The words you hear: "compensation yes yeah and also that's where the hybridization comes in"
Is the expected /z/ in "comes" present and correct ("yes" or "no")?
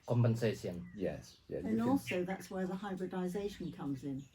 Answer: yes